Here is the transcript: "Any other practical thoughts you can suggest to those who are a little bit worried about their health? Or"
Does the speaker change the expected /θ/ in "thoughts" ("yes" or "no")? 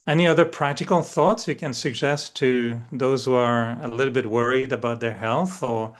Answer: no